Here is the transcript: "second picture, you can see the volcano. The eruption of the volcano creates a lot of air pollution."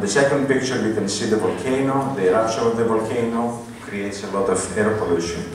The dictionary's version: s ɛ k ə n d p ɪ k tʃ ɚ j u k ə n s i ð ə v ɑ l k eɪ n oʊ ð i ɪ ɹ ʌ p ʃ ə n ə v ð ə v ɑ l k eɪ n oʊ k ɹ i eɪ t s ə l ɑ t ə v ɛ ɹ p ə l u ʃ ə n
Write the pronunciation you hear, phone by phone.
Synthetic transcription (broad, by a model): s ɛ k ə n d p ɪ k tʃ ɚ j u k ə n s i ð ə v ɑ l k eɪ n oʊ ð i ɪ ɹ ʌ ʃ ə ə v ð ə v ɑ l k eɪ n oʊ k ɹ i eɪ t s ə l ɑ t ə v ɛ ɹ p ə l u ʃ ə n